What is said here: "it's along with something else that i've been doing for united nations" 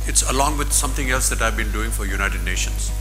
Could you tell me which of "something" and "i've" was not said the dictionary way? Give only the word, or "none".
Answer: something